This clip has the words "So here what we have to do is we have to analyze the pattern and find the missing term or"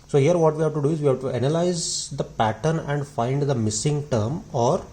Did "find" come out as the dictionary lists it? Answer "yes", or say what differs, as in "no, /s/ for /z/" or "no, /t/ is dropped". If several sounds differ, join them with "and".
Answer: yes